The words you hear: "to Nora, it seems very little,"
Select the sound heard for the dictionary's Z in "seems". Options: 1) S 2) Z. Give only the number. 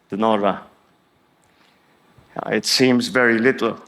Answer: 2